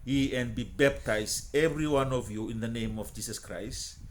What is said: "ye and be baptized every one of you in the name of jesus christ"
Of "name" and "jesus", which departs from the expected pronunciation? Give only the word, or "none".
jesus